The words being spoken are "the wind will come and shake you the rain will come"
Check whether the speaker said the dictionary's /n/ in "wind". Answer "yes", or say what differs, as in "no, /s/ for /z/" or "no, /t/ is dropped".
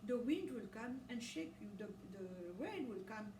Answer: yes